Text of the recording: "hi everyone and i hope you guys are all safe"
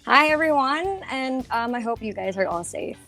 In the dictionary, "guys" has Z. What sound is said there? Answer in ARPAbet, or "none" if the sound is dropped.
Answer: Z